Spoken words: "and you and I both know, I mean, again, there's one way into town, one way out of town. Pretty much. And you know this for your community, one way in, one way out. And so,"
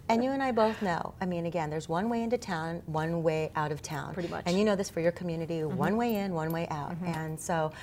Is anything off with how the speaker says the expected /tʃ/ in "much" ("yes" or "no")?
yes